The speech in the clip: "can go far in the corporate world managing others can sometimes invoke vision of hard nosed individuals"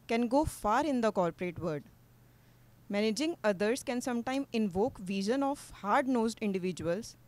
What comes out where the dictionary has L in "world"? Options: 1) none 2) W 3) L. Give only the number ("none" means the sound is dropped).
1